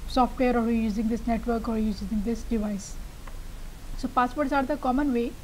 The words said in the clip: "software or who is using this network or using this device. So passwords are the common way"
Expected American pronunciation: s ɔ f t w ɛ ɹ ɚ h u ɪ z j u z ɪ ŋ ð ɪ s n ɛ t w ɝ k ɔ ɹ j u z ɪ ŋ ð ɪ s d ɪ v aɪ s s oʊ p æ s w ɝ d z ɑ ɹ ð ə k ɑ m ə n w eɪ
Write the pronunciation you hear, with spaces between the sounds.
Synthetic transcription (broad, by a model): s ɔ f t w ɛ ɚ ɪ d j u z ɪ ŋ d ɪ s n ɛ t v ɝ k ɔ ɹ j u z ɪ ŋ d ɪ s d ɪ v aɪ s s oʊ p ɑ s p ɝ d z ɑ ɹ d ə k ɑ m ə n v eɪ